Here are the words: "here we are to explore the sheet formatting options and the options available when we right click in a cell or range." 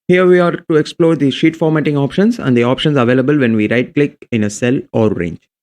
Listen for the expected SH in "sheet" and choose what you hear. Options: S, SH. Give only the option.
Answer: SH